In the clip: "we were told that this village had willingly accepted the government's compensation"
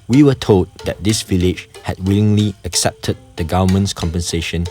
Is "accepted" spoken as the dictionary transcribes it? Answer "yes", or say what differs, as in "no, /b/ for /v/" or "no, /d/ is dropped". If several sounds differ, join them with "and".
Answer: yes